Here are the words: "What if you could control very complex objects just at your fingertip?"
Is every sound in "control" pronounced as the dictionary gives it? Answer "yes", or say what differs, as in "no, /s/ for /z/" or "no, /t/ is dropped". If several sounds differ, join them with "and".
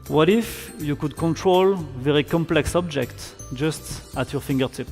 yes